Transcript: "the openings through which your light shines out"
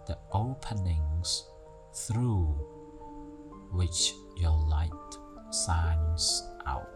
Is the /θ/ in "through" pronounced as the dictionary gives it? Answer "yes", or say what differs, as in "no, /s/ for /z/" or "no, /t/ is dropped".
yes